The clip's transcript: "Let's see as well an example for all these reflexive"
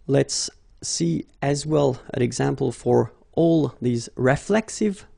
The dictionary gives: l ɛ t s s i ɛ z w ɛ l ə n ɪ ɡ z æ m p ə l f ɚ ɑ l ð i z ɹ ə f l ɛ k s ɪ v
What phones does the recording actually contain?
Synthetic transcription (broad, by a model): l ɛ t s s i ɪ z w ɛ l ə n ɪ ɡ z æ m p ə l f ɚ ɑ l ð i z ɹ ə f l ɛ k s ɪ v